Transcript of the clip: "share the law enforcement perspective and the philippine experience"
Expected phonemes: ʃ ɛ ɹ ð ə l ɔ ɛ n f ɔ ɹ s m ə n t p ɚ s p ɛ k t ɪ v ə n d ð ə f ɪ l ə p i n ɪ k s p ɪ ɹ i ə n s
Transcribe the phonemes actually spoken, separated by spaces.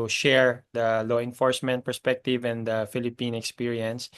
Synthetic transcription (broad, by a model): ʃ ɛ ɹ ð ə l ɔ ɛ n f ɔ ɹ s m ə n t p ɚ s p ɛ k t ɪ v ə n d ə f ɪ l ə p i n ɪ k s p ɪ ɹ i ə n s